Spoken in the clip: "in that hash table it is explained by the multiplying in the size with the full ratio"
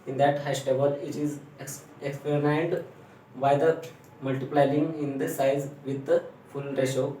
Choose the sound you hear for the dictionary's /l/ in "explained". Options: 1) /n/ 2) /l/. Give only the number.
1